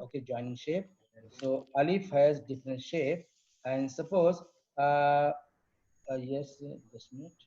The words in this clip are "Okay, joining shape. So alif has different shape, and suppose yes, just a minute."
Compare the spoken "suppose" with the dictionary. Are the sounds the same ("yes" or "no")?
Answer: yes